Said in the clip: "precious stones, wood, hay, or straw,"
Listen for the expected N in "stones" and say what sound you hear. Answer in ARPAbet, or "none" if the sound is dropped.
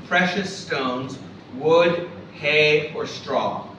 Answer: N